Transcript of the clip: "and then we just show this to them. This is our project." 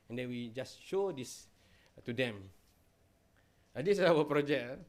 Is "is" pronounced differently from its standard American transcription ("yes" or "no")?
yes